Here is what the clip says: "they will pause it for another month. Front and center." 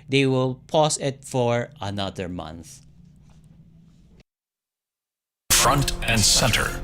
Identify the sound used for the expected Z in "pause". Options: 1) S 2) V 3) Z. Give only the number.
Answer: 1